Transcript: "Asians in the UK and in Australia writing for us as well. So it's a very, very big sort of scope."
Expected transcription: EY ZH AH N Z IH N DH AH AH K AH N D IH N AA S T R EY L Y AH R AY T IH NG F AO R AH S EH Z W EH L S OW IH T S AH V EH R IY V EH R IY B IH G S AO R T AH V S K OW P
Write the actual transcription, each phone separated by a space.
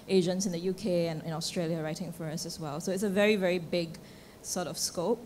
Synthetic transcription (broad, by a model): EY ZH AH N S IH N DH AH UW K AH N IH N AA S T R EY L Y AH R AY T IH NG F AO R AH S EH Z W EH L S OW IH T S AH V EH R IY V EH R IY B IH G S AO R T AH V S K OW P